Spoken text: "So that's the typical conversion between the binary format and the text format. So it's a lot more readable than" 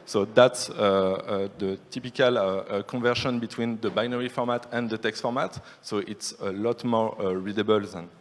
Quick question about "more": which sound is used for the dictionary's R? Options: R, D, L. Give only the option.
R